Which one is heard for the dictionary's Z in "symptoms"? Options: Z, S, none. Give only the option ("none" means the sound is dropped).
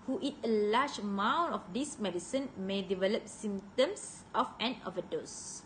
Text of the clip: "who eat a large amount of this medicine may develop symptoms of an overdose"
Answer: S